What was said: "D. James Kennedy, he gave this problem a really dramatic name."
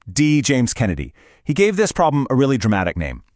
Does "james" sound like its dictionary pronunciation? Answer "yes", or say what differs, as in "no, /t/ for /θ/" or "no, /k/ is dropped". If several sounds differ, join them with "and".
yes